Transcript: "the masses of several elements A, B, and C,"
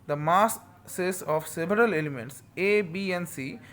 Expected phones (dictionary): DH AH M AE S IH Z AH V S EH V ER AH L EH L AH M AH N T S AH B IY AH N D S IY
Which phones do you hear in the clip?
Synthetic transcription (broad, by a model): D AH M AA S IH S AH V S EH V ER AH L EH L AH M AH N T S AH B IY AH N S IY